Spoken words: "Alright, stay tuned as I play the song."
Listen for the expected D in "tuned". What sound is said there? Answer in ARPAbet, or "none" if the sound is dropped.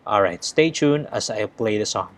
none